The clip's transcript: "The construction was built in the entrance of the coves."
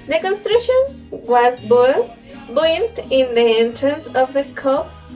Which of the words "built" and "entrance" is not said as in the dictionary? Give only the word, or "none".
built